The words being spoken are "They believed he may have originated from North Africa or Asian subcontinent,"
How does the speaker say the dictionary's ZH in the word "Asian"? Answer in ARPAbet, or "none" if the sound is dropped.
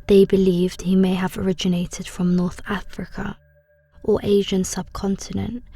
ZH